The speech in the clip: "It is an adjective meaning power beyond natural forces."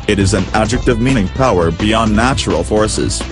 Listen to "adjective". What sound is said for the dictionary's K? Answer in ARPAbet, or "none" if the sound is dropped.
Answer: K